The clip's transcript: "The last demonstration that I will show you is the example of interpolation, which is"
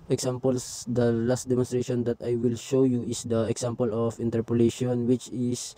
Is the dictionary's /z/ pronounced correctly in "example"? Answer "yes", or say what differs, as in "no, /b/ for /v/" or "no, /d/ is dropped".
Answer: no, /s/ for /z/